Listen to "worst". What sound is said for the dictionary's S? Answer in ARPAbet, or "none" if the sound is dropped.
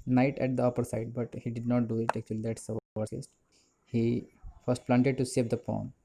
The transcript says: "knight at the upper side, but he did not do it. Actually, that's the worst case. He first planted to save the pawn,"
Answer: none